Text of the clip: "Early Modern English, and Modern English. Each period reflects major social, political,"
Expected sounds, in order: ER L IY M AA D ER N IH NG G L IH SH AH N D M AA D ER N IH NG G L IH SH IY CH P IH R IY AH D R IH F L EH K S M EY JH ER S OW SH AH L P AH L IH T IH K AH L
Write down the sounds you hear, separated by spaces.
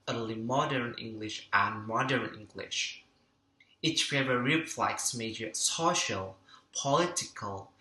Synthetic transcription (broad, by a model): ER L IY M AA D ER N IH NG G L IH SH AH N M AA D ER N IH NG G L IH SH IY CH F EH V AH R IH F L EH K S M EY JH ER S OW SH AH L P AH L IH T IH K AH L